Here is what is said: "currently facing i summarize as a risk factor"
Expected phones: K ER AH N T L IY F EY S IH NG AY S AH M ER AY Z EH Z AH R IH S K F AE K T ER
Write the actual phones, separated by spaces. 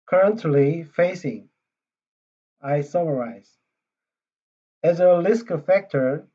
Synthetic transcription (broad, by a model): K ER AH N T L IY F EY S IH NG AY S AH M ER AY Z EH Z AH L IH S K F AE K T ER